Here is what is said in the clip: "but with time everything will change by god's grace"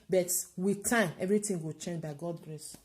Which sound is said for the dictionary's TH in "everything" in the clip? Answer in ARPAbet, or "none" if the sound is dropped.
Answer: T